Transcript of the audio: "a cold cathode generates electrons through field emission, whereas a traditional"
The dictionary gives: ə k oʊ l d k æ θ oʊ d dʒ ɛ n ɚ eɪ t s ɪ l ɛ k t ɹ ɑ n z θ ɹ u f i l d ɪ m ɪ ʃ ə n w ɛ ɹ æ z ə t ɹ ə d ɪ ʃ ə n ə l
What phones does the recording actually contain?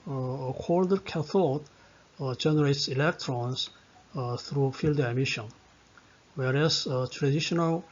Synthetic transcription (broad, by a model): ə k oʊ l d k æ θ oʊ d dʒ ɛ n ɚ eɪ t s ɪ l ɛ k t ɹ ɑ n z θ ɹ u f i l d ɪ m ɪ ʃ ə n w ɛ ɹ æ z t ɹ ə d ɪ ʃ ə n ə l